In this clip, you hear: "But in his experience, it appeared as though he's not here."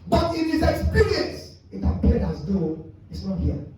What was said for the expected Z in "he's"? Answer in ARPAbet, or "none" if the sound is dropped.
S